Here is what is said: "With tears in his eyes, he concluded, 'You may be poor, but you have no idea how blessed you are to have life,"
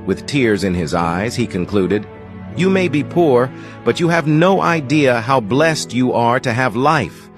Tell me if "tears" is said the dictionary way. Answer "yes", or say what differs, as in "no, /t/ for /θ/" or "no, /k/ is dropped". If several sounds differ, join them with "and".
yes